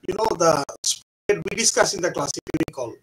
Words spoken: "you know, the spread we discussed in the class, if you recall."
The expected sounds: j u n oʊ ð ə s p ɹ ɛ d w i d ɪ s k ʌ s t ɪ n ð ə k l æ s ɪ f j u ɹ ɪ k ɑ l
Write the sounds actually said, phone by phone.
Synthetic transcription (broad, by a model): j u n oʊ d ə s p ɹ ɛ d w i d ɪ s k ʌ s ɪ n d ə k l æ s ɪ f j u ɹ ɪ k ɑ l